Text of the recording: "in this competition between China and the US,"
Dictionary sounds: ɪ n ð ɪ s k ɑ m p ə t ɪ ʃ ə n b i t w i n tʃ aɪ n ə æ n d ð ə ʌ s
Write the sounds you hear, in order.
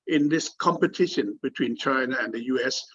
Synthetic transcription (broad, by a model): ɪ n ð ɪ s k ɑ m p ə t ɪ ʃ ə n b i t w i n tʃ aɪ n ə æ n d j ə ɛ s